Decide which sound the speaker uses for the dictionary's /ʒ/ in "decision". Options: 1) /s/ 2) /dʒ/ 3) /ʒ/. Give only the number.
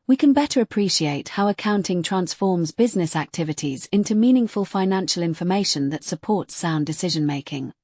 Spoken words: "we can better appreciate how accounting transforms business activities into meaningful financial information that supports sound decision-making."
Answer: 3